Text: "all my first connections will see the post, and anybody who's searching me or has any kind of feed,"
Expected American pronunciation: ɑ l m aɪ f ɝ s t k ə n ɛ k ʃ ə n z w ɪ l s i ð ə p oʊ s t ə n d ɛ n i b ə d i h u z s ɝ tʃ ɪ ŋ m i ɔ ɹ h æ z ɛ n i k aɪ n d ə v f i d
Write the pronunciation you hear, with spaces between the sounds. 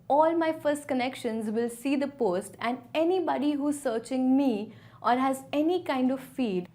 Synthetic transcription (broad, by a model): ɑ l m aɪ f ɝ s t k ə n ɛ k ʃ ə n z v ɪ l s i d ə p oʊ s t ə n d ɛ n i b ə d i h u z s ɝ tʃ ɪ ŋ m i ɔ ɹ h æ z ɛ n i k aɪ n d ə v f i d